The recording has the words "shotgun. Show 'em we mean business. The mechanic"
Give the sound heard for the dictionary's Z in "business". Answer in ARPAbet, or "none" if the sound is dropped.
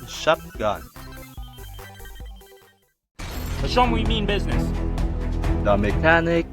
Z